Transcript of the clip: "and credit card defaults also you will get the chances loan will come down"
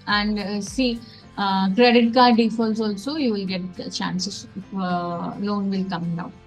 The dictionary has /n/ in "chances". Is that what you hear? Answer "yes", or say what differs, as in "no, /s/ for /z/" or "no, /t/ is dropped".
no, /n/ is dropped